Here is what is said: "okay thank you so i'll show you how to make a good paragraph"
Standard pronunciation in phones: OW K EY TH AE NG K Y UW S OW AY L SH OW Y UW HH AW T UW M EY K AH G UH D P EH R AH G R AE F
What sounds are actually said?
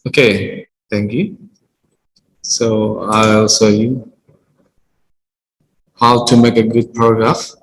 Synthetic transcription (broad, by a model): OW K EY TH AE NG K Y UW S OW AY L S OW Y UW HH AW T UW M EY K AH G UH D P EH R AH G R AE F